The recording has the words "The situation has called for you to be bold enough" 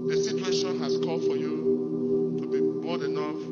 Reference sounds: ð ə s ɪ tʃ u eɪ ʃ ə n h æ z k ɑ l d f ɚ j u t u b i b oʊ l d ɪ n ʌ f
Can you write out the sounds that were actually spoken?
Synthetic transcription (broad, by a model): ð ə s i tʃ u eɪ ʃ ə n h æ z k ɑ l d f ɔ j u t u b i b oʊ d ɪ n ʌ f